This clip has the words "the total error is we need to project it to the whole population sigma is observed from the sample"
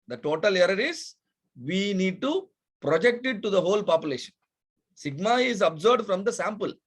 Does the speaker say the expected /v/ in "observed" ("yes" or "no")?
no